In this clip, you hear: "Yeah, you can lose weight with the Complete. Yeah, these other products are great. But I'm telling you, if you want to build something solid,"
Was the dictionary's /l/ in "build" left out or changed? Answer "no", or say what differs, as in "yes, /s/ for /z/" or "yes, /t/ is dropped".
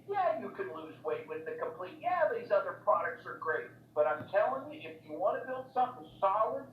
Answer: no